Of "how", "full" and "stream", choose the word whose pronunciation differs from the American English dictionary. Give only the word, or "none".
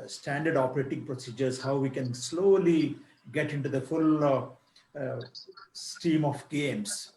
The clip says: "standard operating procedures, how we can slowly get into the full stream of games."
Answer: stream